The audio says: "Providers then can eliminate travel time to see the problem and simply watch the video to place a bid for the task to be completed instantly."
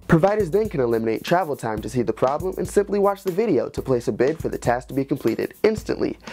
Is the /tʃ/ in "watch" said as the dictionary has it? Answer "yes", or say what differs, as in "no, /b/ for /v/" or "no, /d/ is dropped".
yes